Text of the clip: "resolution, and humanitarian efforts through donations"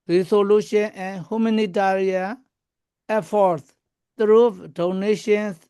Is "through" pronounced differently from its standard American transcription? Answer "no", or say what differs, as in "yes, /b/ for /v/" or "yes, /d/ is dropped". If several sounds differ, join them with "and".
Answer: yes, /t/ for /θ/